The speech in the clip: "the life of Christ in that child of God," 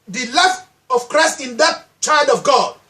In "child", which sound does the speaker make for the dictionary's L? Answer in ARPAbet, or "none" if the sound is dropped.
L